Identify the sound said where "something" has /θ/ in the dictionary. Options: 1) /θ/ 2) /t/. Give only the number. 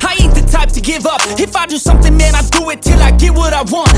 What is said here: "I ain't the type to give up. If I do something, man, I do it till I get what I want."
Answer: 1